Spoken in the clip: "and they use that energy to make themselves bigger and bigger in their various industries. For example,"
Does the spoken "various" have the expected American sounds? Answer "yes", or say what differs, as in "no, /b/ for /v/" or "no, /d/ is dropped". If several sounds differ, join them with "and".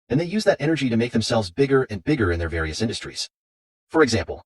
yes